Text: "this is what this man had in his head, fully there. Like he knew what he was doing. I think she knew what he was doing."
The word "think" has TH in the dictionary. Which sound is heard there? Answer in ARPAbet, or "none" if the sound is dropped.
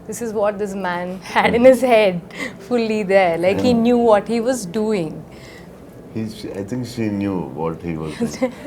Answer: T